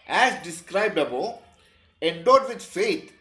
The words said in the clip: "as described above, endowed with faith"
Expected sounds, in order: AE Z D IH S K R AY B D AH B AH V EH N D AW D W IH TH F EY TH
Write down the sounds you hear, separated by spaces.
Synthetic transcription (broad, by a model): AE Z D IH S K R AY B D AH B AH EH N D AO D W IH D F EY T